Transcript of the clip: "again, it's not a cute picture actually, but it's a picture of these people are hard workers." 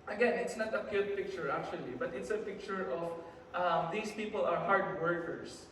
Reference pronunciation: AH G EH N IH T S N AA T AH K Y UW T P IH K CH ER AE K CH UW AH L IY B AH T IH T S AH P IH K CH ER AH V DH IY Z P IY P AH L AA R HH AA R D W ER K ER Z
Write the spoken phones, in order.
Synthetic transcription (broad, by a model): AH G EH N IH T S N AA T AH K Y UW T P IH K CH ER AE K CH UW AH L IY B AH T IH T S AH P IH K CH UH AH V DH IY S P IY P AH L AA R HH AA R D W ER K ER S